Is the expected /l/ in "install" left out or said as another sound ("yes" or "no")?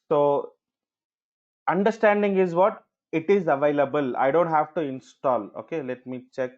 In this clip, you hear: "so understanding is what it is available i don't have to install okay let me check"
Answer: no